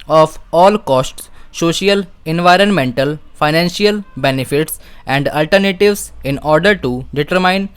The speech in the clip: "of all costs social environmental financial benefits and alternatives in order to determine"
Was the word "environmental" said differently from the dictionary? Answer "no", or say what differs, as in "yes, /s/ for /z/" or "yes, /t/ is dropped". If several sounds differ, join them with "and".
no